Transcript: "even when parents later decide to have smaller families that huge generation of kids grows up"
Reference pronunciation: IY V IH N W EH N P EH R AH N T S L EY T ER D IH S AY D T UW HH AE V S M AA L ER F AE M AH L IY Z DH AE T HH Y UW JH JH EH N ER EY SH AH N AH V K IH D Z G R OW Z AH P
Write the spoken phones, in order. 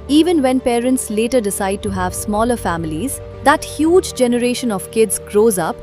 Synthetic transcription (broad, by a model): IY V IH N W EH N P EH R AH N T S L EY T ER D IH S AY D T UW HH AE V S M AA L ER F AE M AH L IY Z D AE T HH Y UW JH JH EH N ER EY SH AH N AH V K IH D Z G R OW Z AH P